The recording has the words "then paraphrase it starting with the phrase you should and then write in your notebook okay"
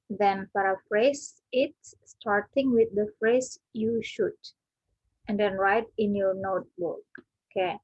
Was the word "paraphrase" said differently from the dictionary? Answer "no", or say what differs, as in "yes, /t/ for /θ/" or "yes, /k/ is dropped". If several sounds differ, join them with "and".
yes, /f/ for /p/